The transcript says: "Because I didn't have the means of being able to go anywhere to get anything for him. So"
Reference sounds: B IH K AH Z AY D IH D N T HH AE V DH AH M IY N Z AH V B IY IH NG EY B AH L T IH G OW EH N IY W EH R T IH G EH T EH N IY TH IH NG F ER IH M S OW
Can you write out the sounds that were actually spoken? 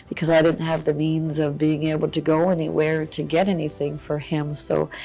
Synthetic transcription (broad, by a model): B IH K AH Z AY D IH D N T HH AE V DH AH M IY N Z AH V B IY IH NG EY B L T IH G OW EH N IY W EH R T IH G EH T EH N IY TH IH NG F ER IH M S OW